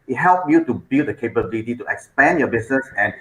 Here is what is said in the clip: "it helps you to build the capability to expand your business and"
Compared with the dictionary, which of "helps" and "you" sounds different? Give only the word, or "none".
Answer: helps